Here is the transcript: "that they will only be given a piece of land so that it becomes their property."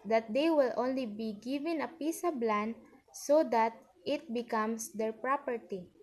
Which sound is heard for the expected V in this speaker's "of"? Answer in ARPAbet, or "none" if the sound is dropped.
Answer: B